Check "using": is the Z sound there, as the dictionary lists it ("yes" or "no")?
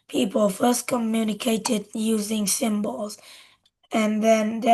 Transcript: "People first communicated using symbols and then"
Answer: yes